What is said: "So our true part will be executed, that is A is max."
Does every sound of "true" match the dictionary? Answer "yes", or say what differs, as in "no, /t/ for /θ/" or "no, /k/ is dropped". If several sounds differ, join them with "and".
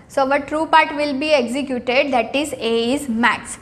yes